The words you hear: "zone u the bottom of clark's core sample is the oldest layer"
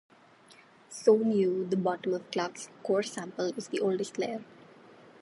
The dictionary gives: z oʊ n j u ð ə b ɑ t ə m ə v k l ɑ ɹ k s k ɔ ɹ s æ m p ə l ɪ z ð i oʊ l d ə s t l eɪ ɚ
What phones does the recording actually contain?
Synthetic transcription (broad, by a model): s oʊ n j u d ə b ɑ t ə m ə v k l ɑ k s k ɔ ɹ s æ m p ə l ɪ z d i oʊ l d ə s t l eɪ ɚ